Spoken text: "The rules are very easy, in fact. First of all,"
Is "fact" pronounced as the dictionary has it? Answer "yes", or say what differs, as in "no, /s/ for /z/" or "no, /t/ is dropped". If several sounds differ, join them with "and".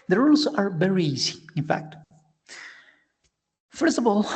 yes